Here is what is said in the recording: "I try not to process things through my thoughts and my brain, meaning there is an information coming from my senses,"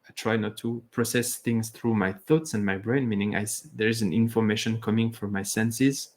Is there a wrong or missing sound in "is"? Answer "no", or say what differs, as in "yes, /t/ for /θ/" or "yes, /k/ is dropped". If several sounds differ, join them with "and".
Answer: no